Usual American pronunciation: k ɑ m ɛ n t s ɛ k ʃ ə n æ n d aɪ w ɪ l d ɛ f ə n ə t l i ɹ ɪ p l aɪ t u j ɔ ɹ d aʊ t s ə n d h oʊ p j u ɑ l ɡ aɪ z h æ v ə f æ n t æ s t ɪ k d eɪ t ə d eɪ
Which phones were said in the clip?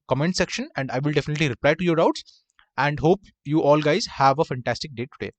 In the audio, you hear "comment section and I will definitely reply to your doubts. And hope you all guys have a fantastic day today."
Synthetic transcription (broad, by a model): k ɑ m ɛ n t s ɛ k ʃ ə n æ n d aɪ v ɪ l d ɛ f ə n ə t l i ɹ ɪ p l aɪ t u j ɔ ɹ d aʊ t s ə n d h oʊ p j u ɑ l ɡ aɪ z h æ v ə f æ n t æ s t ɪ k d eɪ t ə d eɪ